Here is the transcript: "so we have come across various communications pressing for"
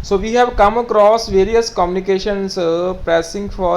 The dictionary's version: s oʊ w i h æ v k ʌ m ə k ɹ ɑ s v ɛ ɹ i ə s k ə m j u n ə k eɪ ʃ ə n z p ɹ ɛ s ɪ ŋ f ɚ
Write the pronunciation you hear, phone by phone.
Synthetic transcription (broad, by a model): s oʊ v i h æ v k ʌ m ə k ɹ ɑ s v ɛ ɹ i ə s k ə m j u n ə k eɪ ʃ ə n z p ɛ s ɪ ŋ f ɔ